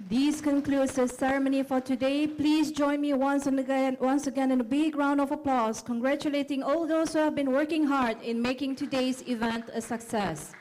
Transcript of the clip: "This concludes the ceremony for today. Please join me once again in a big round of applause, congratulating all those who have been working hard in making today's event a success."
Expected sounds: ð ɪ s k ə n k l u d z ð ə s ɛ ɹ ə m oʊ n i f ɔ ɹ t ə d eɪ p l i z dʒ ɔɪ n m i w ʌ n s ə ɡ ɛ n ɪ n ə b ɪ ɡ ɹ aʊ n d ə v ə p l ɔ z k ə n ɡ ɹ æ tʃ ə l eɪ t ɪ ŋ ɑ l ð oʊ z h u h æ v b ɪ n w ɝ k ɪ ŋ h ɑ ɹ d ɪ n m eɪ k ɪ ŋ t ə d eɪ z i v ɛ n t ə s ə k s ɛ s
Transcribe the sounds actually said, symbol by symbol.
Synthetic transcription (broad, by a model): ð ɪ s k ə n k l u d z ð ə s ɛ ɹ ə m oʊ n i f ɔ ɹ t ə d eɪ p l i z dʒ ɔɪ n m i w ʌ n s ə ɡ ɛ n ɪ n ə b ɪ ɡ ɹ aʊ n d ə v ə p l ɔ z k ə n ɡ ɹ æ tʃ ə l eɪ t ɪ ŋ ɑ l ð oʊ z h u h æ v b ɪ n w ɝ k ɪ ŋ h ɑ ɹ d ɪ n m eɪ k ɪ ŋ t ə d eɪ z i v ɛ n t ə s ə k s ɛ s